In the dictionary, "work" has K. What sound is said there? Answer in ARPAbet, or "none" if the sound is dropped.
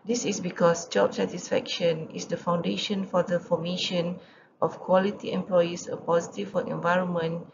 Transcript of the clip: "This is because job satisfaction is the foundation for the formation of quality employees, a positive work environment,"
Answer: none